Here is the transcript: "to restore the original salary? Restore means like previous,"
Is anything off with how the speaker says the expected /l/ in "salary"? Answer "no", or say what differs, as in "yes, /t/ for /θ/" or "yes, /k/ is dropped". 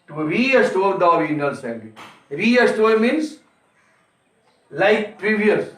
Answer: yes, /n/ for /l/